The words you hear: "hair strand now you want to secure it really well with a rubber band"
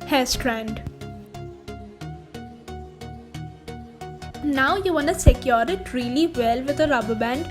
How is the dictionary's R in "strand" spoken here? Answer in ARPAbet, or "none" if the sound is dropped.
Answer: R